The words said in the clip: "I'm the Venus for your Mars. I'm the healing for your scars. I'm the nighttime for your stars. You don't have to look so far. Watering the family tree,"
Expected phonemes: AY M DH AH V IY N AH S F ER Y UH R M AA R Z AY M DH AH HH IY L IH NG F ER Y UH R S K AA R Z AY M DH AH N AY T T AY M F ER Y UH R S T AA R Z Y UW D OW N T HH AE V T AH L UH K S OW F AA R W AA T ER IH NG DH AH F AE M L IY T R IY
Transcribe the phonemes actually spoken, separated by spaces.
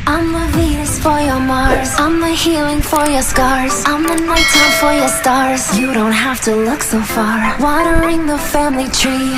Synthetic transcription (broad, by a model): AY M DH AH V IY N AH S F ER Y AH R M AA R Z AY M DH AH HH IY L IH NG F ER Y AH R S K AA R Z AY M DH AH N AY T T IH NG F ER Y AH R S T AA R Z Y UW D OW N T HH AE F T AH L UH K S OW F AA R W AA T ER IH NG DH AH F AE M L IY T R IY